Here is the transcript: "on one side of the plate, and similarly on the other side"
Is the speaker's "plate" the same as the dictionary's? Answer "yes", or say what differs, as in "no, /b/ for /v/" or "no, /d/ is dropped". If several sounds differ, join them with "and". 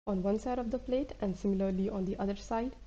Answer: yes